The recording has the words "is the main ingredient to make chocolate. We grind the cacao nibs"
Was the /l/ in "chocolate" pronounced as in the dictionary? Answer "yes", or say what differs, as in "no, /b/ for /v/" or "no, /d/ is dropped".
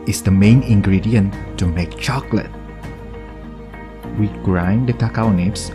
yes